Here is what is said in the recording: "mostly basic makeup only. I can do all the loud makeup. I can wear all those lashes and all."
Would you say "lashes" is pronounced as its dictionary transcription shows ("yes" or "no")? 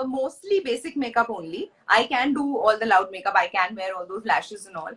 yes